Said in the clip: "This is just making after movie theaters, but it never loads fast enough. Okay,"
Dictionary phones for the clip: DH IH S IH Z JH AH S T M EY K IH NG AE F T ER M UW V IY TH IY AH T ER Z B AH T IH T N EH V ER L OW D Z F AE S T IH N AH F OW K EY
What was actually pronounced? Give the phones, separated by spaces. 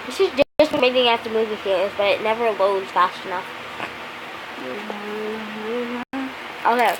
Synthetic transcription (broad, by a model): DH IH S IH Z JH AH S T M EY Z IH NG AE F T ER M UW V IY F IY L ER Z B AH T IH T N EH V ER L OW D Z F AE S T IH N AH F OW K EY